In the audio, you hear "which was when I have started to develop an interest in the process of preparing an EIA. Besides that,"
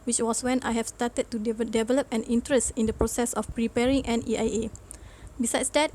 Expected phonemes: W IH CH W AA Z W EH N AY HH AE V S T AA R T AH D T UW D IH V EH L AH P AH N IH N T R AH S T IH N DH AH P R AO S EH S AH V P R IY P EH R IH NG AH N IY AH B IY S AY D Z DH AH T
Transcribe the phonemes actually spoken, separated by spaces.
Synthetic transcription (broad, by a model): W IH CH W AA S W EH N AY HH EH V S T AA T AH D T UW D IH V EH L AH P AH N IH N T R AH S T IH N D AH P R AO S EH S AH F P R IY P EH R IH NG AH N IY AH B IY S AY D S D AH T